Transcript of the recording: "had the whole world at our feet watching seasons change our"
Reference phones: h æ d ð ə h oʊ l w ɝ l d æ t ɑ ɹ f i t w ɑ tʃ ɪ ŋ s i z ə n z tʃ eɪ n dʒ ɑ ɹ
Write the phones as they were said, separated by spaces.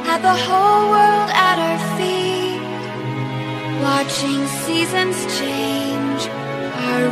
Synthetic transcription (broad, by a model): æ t ð ə h oʊ l w ɝ l d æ t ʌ ɹ f i t w ɑ tʃ ɪ ŋ s i z ə n z tʃ eɪ n dʒ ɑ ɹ